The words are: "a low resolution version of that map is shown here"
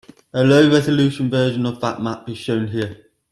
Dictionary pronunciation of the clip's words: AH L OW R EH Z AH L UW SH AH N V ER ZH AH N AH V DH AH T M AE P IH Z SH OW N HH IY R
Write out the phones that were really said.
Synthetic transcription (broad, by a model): AH L OW R EH Z AH L UW SH AH N V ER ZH AH N AH V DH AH T M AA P IH Z SH OW N HH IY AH